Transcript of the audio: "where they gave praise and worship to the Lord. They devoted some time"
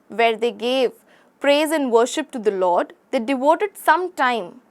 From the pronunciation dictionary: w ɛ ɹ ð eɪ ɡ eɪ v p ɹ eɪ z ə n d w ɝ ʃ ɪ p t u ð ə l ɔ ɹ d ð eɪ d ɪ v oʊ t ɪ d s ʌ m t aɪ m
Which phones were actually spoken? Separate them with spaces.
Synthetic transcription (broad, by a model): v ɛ ɹ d eɪ ɡ eɪ v p ɹ eɪ z ə n d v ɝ ʃ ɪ p t u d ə l ɔ ɹ d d eɪ d ɪ v oʊ t ɪ d s ʌ m t aɪ m